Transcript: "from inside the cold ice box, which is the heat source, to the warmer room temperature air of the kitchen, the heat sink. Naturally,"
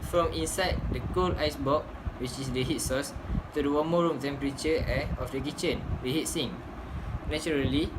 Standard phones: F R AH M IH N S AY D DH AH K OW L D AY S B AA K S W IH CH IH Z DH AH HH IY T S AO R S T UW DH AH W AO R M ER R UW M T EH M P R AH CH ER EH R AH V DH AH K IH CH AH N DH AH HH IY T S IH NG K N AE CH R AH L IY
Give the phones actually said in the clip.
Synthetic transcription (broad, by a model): F R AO M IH N S AY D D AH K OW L AY S B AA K W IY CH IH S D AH HH IY T S AO S T UW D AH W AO M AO R UW M T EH M P R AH CH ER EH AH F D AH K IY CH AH N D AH HH IY T S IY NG N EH CH R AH L IY